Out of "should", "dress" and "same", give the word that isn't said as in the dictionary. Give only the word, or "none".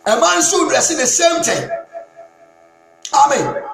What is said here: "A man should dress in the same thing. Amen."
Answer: should